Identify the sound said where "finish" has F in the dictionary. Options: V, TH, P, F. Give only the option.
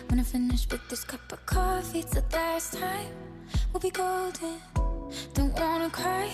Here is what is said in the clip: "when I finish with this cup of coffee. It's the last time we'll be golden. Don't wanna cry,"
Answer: F